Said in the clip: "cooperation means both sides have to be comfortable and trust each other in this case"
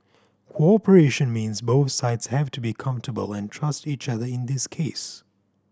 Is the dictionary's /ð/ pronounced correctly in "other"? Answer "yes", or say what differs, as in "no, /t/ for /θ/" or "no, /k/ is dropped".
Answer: yes